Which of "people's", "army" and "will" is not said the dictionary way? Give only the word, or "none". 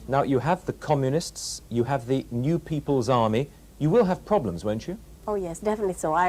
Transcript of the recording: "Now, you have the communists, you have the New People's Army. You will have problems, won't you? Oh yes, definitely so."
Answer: none